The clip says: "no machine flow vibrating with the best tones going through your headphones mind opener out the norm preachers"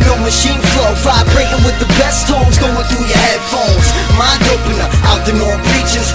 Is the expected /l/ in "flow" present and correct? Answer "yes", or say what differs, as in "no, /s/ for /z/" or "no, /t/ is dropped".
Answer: yes